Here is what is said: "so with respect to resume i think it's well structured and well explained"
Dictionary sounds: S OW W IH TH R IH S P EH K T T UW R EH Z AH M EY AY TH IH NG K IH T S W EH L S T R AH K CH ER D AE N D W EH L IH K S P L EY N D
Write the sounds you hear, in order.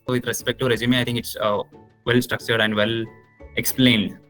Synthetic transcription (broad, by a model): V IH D R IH S P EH K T T UW R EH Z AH M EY AY T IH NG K IH T S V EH L S T R AH K CH ER D AE N D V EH L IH K S P L EY N D